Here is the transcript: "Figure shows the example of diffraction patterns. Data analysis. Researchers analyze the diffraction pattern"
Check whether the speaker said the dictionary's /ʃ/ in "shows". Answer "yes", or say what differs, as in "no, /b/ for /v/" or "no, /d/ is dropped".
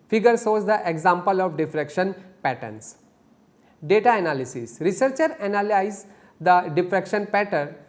no, /s/ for /ʃ/